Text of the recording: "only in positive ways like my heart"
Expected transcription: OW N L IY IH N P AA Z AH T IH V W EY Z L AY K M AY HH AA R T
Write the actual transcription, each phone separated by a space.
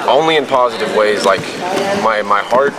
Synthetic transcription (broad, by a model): OW N L IY IH N P AA Z AH T IH V W EY Z L AY K M AY HH AA R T